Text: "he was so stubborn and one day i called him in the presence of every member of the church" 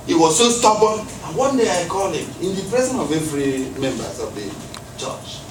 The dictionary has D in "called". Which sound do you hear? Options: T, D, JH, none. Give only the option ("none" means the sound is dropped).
none